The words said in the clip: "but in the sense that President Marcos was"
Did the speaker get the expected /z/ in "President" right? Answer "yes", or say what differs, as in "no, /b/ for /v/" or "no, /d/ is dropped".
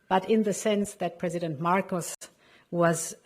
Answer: yes